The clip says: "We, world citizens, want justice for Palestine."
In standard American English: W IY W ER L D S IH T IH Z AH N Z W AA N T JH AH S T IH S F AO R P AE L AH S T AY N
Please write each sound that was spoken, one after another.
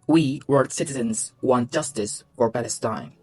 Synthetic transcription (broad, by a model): W IY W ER D S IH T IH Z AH N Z W AA N T JH AH S T IH S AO R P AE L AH S T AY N